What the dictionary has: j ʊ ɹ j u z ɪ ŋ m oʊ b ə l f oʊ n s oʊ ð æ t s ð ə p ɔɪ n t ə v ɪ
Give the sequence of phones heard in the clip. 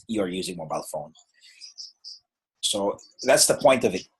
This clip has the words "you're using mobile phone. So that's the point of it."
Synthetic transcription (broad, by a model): j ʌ ɹ j u z ɪ ŋ m oʊ b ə l f oʊ n s oʊ ð æ t s ð ə p ɔɪ n t ə v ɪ